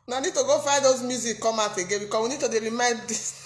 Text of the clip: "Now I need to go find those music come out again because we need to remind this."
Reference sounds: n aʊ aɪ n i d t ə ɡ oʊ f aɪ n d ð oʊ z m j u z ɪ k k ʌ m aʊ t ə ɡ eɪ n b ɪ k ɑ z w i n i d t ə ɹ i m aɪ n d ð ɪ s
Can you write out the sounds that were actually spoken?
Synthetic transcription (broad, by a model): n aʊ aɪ n i d t ə ɡ oʊ f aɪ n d oʊ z m j u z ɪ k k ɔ m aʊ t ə ɡ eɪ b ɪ k ɑ s w i n i d t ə ɹ i m aɪ n d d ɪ s